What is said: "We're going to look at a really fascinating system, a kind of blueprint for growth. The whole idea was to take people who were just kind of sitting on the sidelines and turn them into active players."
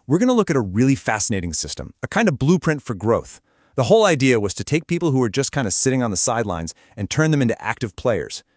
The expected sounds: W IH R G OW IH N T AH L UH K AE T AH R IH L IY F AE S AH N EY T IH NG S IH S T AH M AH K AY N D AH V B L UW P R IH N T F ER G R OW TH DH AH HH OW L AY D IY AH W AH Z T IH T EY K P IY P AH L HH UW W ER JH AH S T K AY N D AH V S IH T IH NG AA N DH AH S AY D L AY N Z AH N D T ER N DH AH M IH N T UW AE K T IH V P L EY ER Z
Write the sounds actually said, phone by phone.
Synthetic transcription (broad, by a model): W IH R G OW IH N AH L UH K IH T AH R IH L IY F AE S AH N EY T IH NG S IH S T AH M AH K AY N D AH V B L UW P R IH N T F ER G R OW TH DH AH HH OW L AY D IY AH W AH Z T IH T EY K P IY P L HH UW W ER JH AH S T K AY N D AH S IH T IH NG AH N DH AH S AY D L AY N Z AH N T ER N DH AH M IH N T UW AE K T IH V P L EY ER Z